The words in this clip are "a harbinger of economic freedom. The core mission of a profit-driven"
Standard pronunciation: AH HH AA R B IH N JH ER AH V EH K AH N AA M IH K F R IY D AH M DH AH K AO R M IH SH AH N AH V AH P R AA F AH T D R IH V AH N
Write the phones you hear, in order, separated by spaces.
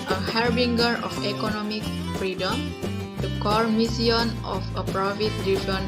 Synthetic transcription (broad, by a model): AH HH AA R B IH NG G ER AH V EH K AH N AA M IH K F R IY D AH M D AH K AO R M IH S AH N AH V AH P R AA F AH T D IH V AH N